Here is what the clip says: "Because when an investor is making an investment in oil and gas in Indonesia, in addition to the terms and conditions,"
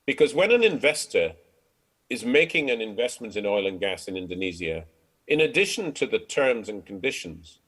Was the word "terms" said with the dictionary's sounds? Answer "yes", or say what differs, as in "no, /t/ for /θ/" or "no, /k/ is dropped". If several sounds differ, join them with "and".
yes